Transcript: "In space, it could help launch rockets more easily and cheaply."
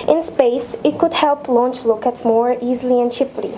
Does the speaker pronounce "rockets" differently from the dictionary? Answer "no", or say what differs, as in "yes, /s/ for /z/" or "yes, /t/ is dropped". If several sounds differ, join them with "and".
yes, /l/ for /ɹ/